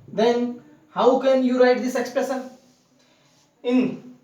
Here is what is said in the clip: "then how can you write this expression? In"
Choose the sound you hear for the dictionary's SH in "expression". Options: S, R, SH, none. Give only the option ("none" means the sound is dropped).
S